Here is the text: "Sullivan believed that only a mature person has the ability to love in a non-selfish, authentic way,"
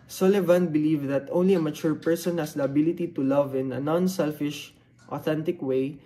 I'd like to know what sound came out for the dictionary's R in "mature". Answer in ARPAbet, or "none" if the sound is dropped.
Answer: R